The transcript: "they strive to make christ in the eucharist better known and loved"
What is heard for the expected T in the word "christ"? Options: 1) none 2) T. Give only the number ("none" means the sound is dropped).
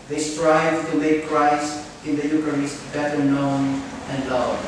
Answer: 1